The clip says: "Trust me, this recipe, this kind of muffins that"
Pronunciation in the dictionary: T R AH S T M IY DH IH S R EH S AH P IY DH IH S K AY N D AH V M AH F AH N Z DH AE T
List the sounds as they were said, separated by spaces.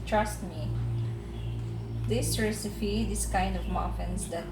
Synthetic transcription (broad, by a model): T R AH S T M IY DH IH S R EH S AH F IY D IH S K AY N D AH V M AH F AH N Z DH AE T